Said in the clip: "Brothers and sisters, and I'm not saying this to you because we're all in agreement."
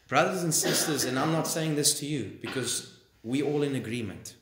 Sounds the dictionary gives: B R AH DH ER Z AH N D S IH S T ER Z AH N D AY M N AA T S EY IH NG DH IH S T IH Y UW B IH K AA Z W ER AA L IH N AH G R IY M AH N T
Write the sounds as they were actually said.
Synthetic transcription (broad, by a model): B R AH DH ER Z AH N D S IH S T ER Z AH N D AY M N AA T S EY IH NG DH IH S T IH Y UW B IH K AA Z W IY AA L IH N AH G R IY M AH N T